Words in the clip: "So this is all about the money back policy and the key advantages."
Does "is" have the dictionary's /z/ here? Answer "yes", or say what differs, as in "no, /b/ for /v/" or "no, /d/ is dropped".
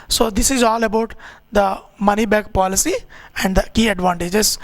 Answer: yes